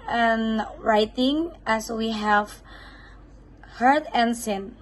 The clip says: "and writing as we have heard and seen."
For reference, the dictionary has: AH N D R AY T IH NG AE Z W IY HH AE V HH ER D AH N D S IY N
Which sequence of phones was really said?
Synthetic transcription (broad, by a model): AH N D R AY T IH NG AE S W IY HH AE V HH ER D AH N D S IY N